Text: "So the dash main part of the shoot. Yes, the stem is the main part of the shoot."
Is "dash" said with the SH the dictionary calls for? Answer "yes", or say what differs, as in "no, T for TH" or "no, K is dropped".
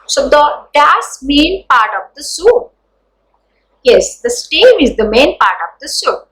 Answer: no, S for SH